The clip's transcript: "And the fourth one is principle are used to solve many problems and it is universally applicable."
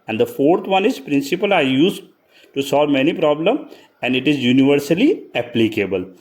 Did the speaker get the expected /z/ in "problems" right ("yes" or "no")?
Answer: no